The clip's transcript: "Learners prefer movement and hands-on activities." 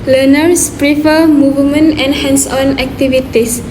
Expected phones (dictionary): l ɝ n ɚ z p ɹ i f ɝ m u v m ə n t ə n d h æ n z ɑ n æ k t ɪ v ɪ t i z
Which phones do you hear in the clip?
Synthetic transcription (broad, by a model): l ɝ n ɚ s p ɹ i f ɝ m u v m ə n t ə n h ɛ n s ɑ n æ k t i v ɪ t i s